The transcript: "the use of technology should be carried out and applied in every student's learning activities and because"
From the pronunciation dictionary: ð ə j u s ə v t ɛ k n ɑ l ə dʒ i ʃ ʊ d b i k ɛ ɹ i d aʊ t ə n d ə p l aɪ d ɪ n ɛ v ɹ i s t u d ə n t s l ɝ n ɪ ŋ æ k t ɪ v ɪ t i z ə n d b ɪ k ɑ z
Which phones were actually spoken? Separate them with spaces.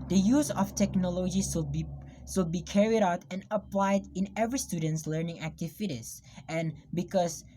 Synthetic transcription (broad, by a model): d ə j u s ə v t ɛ k n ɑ l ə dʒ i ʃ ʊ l b i k ɛ ɹ i d aʊ t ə n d ə p l aɪ d ɪ n ɛ v ɹ i s t u d ə n t s l ɝ n ɪ ŋ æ k t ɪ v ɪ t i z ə n b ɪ k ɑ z